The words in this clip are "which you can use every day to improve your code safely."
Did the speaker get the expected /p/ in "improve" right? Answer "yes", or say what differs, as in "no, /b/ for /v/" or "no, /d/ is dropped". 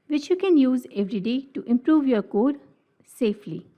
yes